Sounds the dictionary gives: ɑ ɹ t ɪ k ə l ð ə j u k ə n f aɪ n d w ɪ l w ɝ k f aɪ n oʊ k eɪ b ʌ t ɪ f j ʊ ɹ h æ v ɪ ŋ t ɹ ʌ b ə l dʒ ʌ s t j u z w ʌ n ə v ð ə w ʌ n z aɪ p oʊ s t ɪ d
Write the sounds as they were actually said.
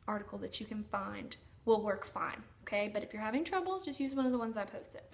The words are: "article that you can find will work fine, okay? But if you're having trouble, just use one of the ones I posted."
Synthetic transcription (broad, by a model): ɑ ɹ t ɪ k l ð ə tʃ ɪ k ə n f aɪ n d w ɪ l w ɝ k f aɪ n oʊ k eɪ b ʌ t ɪ f j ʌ ɹ h æ v ɪ ŋ t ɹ ʌ b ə l dʒ ʌ s t j u z w ʌ n ə v ð ə w ʌ n z aɪ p oʊ s t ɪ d